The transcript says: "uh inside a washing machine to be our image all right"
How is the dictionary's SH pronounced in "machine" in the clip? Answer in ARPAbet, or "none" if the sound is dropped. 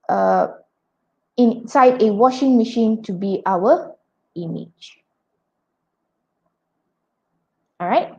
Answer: SH